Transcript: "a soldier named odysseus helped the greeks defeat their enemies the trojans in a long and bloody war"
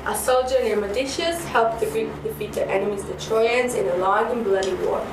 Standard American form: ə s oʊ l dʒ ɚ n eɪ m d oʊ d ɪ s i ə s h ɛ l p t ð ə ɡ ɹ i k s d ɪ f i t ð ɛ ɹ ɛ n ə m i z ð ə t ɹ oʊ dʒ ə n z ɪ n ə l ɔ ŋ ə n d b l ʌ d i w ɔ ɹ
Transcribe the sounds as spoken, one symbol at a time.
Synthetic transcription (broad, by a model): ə s oʊ l dʒ ɚ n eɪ m oʊ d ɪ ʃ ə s h ɛ l p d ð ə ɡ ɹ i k d ɪ f i t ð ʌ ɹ ɛ n ə m i z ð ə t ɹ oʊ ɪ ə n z ɪ n ə l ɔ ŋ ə n b l ʌ d i w ɔ